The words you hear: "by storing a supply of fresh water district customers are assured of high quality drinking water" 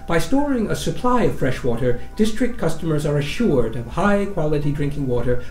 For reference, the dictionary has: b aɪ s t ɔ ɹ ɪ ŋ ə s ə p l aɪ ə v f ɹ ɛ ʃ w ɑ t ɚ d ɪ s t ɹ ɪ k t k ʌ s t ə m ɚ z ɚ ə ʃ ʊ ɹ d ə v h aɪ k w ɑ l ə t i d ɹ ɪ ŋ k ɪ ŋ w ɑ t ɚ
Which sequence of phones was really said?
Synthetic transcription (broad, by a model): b aɪ s t ɔ ɹ ɪ ŋ ə s ə p l aɪ ə v f ɹ ɛ ʃ w ɑ t ɚ d ɪ s t ɹ ɪ k t k ʌ s t ə m ɚ z ɚ ə ʃ ʊ ɹ d ə v h aɪ k w ɑ l ə t i d ɹ ɪ ŋ k ɪ ŋ w ɑ t ɚ